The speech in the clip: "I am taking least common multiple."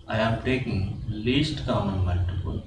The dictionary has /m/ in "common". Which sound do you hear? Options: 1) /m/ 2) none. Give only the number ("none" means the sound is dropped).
2